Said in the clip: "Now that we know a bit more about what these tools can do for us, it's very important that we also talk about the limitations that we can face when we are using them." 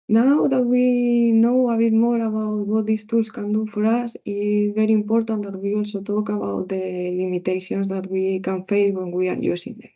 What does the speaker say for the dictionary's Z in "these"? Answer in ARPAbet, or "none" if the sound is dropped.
S